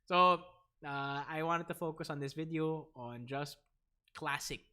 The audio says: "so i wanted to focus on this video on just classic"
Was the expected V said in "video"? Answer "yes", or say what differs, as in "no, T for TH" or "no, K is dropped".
yes